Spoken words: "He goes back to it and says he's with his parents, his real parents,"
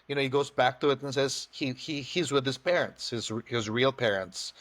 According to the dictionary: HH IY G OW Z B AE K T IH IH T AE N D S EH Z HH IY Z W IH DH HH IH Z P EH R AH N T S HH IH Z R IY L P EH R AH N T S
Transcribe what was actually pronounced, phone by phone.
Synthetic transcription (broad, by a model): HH IY G OW Z B AE K T IH IH T N S EH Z HH IY Z W IH DH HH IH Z P EH R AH N T S HH IH Z R IY L P EH R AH N T S